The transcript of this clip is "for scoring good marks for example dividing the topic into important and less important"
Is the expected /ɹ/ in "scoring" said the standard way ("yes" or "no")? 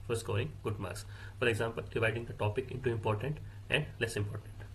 no